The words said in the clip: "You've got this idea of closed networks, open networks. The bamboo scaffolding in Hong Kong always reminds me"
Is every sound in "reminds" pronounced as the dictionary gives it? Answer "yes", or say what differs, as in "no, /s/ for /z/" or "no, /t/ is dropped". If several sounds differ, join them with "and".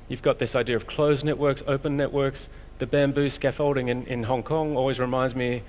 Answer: yes